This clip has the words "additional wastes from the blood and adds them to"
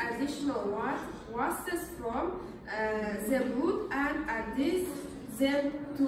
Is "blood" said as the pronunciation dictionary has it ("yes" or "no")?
no